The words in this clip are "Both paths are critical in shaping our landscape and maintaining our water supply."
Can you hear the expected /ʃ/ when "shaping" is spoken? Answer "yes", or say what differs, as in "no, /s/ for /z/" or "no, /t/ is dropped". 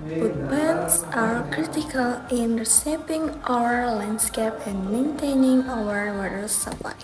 no, /s/ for /ʃ/